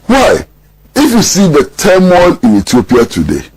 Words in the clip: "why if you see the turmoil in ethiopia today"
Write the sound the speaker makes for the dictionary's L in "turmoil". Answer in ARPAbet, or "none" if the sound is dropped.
N